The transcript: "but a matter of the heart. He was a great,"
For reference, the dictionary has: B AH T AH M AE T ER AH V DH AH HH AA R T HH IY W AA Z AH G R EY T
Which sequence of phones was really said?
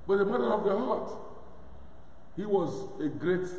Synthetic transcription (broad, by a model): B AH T AH M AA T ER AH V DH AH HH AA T HH IY W AA Z AH G R EY T